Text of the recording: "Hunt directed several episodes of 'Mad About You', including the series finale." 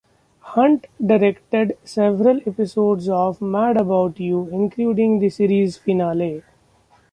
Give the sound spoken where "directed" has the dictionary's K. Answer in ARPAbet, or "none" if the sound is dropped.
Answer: K